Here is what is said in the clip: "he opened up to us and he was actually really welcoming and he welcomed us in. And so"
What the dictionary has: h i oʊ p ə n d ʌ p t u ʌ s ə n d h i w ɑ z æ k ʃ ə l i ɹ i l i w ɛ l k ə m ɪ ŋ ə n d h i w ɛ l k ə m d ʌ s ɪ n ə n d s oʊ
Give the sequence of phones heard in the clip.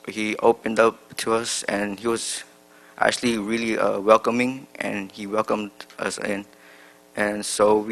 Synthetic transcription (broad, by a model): h i oʊ p ə n d ʌ p t u ʌ s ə n h i w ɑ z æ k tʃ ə l i ɹ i l i w ɛ l k ə m ɪ ŋ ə n h i w ɛ l k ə m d ʌ s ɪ n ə n s oʊ